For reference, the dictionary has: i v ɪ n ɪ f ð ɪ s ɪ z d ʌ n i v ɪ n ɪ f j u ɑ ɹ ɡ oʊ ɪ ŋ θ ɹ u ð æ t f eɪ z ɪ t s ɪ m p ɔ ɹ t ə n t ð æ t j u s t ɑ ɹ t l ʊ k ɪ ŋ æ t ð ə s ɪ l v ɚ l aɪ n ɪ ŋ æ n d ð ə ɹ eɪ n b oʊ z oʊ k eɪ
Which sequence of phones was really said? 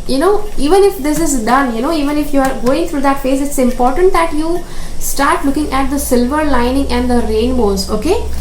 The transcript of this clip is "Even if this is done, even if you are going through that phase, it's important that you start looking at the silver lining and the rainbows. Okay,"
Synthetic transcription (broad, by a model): i v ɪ n ɪ f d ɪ s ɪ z d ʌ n i v ɪ n ɪ f j u ɑ ɹ ɡ oʊ ɪ ŋ t ɹ u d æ t f eɪ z ɪ t s ɪ m p ɔ ɹ t ə n t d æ t j u s t ɑ ɹ t l ʊ k ɪ ŋ æ t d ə s ɪ l v ɚ l aɪ n ɪ ŋ æ n d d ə ɹ eɪ n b oʊ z oʊ k eɪ